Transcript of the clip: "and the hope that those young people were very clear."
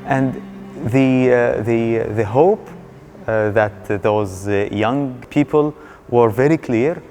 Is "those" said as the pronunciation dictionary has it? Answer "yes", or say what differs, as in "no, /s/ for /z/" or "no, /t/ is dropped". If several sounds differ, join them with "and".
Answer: yes